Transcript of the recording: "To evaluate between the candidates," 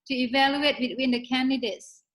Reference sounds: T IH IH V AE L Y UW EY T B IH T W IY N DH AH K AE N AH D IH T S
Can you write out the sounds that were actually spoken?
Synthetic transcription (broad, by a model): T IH IH V AE L Y UW EY T B IH T W IY N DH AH K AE N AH D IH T S